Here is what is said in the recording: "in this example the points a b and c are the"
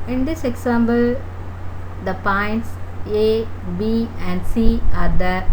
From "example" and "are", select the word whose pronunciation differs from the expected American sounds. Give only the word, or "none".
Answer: example